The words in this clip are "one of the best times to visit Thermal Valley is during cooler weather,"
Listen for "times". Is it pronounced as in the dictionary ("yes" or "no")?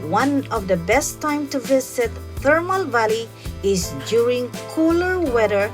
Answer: no